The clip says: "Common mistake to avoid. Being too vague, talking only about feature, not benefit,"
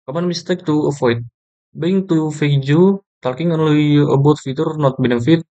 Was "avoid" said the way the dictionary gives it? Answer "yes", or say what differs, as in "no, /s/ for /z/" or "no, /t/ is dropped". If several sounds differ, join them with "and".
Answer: no, /f/ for /v/